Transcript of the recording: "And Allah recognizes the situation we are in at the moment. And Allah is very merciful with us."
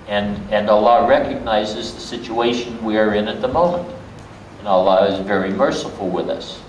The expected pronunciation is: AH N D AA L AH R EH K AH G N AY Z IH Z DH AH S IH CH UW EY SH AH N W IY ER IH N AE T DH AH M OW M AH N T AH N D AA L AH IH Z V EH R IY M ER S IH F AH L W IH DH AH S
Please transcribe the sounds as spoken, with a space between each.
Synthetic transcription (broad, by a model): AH N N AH L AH R EH K AH G N AY Z IH Z DH AH S IH CH UW EY SH AH N W IY ER IH N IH T DH AH M OW M AH N T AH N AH L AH IH Z V EH R IY M ER S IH F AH L W IH DH AH S